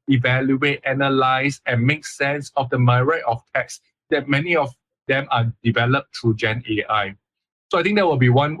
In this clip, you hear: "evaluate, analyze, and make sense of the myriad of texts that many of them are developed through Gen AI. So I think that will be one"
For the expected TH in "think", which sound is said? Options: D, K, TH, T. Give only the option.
T